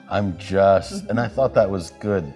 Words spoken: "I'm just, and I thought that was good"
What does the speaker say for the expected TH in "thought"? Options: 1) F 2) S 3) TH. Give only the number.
3